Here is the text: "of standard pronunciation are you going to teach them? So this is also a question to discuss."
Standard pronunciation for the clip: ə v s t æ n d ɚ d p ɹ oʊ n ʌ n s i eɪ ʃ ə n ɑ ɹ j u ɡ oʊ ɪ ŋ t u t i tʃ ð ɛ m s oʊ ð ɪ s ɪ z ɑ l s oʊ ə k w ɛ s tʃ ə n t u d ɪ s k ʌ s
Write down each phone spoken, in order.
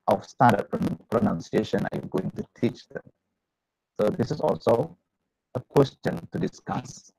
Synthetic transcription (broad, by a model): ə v s t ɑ d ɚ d p ɹ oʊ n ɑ n s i eɪ ʃ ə n ɑ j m ɡ oʊ ɪ ŋ t u t i tʃ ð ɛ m s oʊ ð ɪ s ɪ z ɑ l s oʊ ə k w ɛ s tʃ ə n t u d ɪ s k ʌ s